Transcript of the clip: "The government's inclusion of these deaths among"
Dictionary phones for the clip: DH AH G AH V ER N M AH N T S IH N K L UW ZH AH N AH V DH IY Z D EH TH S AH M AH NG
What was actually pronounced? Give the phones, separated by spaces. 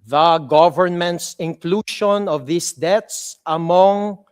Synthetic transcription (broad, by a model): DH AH G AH V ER N M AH N T S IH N K L UW SH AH N AH V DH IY S D EH T S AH M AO NG